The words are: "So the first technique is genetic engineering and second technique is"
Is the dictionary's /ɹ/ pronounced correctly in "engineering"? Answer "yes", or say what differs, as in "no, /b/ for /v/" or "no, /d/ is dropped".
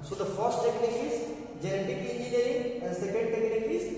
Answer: no, /ɹ/ is dropped